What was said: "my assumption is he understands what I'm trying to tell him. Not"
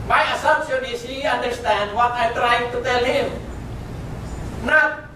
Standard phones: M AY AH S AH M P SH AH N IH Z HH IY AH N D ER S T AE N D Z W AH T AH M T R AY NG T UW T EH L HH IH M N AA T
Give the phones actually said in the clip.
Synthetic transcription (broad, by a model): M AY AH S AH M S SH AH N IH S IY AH N D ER S T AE N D W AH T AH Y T R AY T UW T EH L HH IH M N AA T